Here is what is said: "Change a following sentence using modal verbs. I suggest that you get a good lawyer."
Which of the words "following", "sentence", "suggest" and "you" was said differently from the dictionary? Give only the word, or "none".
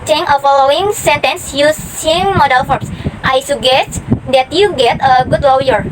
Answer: suggest